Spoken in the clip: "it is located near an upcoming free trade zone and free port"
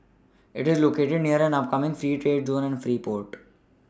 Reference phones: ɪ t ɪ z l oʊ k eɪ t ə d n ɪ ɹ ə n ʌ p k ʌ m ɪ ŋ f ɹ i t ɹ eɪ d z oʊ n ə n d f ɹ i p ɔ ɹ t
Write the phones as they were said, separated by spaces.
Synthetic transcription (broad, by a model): ɪ t ɪ z l oʊ k eɪ t ə d n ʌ ɹ ə n ʌ p k ʌ m ɪ ŋ f ɹ i t ɹ eɪ d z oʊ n ə n d f ɹ i p ɔ ɹ t